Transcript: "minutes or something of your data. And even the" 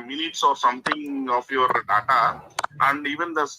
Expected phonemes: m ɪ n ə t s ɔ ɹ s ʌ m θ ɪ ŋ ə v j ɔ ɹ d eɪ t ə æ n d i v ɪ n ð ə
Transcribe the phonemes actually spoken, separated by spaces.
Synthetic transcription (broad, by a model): m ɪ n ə t s ɔ ɹ s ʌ m t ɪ ŋ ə f j ɔ ɹ d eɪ t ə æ n d i v ɪ n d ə